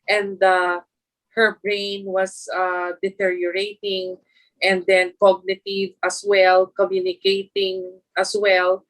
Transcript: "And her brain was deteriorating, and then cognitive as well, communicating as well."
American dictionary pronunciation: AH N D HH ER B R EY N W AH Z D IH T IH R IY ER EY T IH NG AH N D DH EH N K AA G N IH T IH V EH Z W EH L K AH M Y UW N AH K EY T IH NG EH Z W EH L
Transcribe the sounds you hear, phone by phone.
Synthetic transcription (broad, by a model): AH N D HH ER B R EY N W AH S D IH T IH R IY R EY T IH NG AH N D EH N K AA G N IH T IH V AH S W EH L K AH M Y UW N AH K EY T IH NG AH S W EH L